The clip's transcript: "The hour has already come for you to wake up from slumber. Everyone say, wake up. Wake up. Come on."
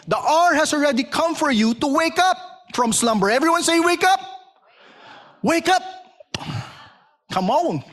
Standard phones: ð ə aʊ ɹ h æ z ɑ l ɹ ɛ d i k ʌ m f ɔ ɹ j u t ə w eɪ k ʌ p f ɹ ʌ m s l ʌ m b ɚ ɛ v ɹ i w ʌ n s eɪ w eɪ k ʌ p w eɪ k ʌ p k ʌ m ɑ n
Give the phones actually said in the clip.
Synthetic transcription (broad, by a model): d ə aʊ ɹ h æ s ɑ l ɹ ɛ d i k ʌ m f ɔ ɹ j u t ə w eɪ k ʌ p f ɹ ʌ m s l ʌ m b ɚ ɛ v ɹ i w ʌ n s eɪ w eɪ k ʌ p w eɪ k ʌ p k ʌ m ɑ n